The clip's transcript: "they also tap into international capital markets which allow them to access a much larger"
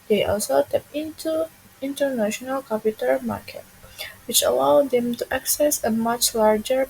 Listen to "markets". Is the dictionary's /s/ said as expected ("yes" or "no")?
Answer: no